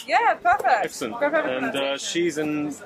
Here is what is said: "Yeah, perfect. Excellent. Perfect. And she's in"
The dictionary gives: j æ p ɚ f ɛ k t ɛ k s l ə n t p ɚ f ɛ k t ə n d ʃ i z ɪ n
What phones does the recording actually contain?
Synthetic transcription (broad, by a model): j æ p ɚ f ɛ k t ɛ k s ə n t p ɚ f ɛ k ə n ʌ ʃ i z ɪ n